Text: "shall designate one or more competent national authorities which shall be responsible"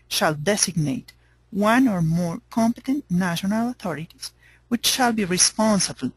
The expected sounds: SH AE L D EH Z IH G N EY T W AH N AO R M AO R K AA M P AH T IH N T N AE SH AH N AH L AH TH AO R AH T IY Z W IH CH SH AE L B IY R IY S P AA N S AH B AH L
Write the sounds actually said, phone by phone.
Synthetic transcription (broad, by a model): SH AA L D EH S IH G N EY T W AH N AO R M AO R K AA M P AH T IH N T N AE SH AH N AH L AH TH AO R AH T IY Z W IH CH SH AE L B IY R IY S P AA N S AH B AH L